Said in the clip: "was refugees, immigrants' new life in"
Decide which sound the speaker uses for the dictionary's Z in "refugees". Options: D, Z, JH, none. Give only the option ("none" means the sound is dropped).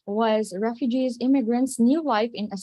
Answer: Z